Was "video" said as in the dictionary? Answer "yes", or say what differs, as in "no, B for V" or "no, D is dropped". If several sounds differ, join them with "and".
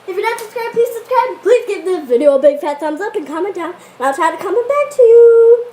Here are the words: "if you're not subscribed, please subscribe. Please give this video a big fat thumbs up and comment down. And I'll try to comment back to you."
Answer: yes